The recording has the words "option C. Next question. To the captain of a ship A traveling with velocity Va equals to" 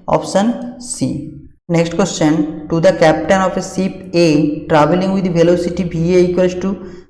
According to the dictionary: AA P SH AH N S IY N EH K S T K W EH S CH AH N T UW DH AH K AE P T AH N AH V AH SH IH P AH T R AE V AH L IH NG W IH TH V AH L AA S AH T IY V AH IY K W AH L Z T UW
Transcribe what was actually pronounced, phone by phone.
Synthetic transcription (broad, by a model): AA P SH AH N S IY N EH K S T K W EH S CH AH N T UW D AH K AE P T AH N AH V AH S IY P AH T R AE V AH L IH NG W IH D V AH L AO S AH T IY B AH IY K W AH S T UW